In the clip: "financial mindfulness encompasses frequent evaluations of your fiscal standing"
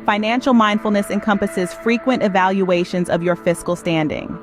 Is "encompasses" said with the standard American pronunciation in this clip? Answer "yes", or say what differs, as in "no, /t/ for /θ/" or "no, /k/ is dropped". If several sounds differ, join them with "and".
yes